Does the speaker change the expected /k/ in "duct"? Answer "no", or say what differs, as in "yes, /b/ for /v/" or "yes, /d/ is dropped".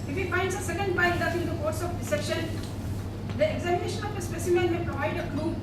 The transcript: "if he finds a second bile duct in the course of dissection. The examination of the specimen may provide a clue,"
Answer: yes, /k/ is dropped